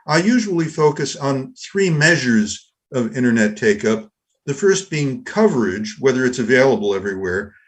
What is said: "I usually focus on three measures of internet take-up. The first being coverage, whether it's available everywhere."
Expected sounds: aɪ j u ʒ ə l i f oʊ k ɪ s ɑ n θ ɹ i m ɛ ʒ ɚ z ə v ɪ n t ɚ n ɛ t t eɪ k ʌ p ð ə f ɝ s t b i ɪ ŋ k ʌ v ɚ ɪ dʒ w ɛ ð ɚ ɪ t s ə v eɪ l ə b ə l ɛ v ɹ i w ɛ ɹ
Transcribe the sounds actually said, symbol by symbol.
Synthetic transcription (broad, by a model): aɪ j u ʒ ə l i f oʊ k ɪ s n θ ɹ i m ɛ ʒ ɚ z ə v ɪ t ɚ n ɛ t t eɪ k ʌ p ð ə f ɝ s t b i ɪ ŋ k ʌ v ɚ ɪ dʒ w ɛ ð ɚ ɪ t s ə v eɪ l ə b l ɛ v ɹ i w ɛ ɹ